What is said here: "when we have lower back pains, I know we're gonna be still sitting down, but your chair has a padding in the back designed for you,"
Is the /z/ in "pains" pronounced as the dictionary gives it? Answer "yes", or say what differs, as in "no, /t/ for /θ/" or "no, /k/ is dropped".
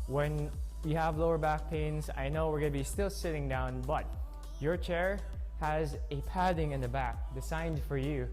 yes